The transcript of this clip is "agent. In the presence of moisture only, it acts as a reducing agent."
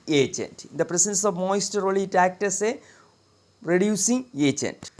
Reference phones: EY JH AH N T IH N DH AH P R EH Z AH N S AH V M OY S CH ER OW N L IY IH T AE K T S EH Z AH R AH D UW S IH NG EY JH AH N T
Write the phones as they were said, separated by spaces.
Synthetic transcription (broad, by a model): EY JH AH N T IH N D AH P R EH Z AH N S AH V M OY S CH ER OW L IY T AE K T S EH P R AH D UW S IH NG EY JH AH N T